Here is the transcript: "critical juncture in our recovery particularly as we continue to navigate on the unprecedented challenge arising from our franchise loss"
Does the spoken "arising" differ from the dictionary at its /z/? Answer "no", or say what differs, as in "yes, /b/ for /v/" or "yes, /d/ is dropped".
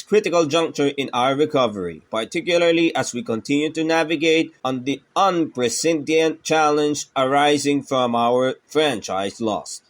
no